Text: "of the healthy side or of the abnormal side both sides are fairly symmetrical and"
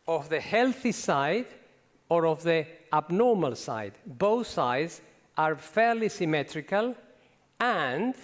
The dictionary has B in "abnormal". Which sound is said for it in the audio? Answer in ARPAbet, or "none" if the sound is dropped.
B